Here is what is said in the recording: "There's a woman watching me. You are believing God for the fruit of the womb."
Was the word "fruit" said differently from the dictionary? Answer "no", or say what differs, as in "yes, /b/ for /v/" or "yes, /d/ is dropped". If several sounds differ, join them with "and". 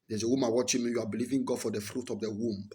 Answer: no